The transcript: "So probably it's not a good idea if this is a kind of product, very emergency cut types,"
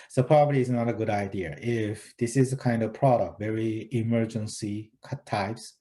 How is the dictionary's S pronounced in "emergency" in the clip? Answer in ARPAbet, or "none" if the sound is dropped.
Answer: S